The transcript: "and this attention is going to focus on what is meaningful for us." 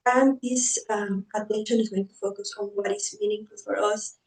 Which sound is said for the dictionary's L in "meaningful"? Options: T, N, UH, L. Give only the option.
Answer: L